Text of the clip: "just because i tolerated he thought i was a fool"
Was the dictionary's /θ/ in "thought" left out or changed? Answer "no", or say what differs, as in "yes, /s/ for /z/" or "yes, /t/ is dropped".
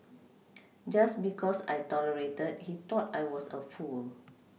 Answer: yes, /t/ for /θ/